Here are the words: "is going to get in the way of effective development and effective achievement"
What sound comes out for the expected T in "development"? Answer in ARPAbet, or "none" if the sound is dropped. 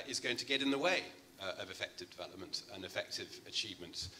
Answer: T